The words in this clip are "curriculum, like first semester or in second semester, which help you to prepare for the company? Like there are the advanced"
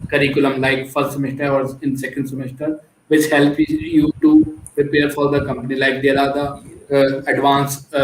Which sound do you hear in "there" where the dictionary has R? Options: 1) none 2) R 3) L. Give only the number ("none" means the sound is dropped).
3